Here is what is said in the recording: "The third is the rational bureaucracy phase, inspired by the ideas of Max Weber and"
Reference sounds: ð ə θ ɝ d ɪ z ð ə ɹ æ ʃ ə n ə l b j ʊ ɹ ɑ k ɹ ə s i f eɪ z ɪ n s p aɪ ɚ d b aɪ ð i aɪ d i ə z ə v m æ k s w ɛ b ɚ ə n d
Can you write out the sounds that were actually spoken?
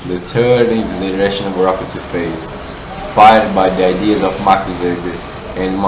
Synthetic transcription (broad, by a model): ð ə t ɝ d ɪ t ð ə ɹ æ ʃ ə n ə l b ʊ ɹ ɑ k ɹ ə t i f eɪ z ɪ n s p aɪ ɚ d b aɪ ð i aɪ d i ə z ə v m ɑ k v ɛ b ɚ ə n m